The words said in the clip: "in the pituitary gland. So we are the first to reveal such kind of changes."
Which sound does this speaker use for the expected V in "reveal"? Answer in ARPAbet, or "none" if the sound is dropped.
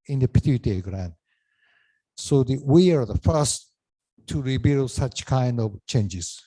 B